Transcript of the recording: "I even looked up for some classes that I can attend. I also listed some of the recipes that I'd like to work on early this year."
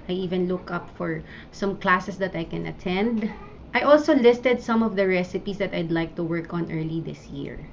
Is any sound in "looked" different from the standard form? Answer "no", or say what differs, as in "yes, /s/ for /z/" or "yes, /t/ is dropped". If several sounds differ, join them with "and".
yes, /t/ is dropped